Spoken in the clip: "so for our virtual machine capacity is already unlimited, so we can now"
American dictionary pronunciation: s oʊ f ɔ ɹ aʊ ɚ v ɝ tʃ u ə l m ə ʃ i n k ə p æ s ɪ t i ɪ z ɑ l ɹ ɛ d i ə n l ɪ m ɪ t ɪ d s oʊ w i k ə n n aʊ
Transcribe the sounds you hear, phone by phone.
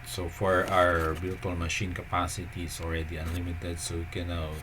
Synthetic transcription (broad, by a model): s oʊ f ɔ ɹ aʊ ɚ b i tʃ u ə l m ə ʃ i n k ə p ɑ s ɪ t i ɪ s ɑ l ɹ ɛ d i ə n l ɪ m ɪ t ɪ d s oʊ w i k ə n n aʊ